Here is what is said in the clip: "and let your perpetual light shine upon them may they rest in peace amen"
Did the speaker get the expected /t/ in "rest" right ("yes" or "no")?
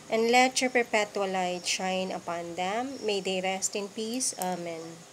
yes